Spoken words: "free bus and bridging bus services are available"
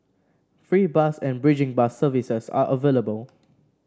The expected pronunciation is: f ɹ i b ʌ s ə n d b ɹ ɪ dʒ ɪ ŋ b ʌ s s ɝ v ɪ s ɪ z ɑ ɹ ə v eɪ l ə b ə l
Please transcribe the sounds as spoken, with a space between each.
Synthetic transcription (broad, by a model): f ɹ i b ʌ s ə n b ɹ ɪ dʒ ɪ ŋ b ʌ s s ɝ v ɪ s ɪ s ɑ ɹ ə v eɪ l ə b ə l